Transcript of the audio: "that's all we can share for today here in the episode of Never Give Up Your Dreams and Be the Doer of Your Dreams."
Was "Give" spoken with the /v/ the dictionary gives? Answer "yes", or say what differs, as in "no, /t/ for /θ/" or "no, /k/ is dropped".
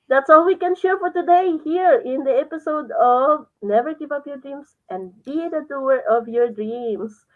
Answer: no, /p/ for /v/